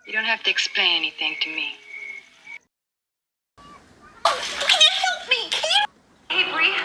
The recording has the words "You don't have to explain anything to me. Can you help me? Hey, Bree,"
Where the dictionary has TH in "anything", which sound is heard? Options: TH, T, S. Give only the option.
TH